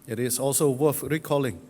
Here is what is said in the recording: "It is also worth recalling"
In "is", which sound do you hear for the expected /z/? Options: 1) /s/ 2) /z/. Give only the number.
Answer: 1